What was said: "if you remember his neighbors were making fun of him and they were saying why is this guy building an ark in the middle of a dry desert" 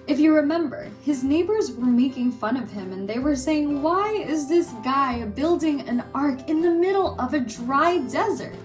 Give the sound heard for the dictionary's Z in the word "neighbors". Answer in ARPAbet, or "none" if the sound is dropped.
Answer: Z